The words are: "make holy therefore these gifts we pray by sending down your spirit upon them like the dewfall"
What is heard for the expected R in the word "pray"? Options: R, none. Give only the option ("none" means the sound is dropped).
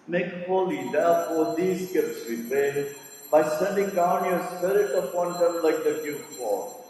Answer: none